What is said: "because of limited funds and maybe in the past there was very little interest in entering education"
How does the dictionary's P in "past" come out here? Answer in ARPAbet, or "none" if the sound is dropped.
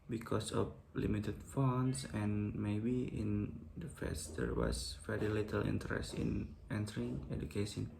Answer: F